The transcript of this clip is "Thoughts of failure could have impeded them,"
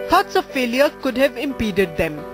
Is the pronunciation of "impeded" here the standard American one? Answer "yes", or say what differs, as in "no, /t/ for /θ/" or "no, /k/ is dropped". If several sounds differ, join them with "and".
yes